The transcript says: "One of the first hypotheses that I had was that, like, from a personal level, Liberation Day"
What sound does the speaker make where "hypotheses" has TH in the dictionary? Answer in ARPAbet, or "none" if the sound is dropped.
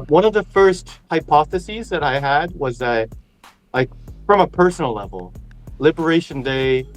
TH